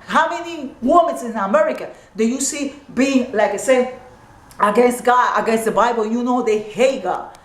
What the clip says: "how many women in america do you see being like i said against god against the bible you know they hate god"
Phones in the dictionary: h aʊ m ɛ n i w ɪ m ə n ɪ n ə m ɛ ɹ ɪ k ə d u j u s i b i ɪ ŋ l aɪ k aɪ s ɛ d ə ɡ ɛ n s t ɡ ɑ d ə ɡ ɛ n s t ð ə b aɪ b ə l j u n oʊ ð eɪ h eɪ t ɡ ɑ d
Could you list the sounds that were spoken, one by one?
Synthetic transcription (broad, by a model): h aʊ m ɛ n i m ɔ m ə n ɪ n ə m ɛ ɹ ɪ k ə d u j u s i b i ɪ ŋ l aɪ k aɪ s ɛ ə ɡ ɛ n s t ɡ ɑ d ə ɡ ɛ n s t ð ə b aɪ b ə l j u n oʊ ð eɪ h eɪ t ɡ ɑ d